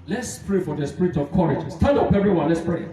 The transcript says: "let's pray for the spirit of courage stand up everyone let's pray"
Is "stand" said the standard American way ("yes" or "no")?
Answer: no